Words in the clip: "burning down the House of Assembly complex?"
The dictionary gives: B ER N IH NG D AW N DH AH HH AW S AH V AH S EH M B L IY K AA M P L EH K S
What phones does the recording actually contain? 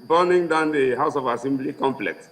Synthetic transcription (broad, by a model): B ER N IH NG D AW N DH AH HH AW S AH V AH S EH M B L IY K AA M P L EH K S